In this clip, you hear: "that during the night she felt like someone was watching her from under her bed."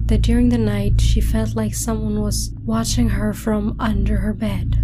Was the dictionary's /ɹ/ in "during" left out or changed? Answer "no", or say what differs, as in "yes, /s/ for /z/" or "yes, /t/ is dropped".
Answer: no